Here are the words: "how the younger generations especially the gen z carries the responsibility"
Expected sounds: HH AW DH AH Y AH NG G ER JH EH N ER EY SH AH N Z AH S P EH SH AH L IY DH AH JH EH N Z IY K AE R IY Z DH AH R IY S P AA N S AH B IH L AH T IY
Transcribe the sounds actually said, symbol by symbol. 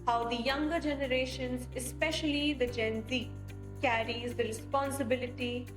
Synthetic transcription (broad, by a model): HH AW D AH Y AH NG G ER JH EH N ER EY SH AH N Z AH S P EH SH AH L IY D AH JH EH N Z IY K AE R IY Z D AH R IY S P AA N S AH B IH L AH T IY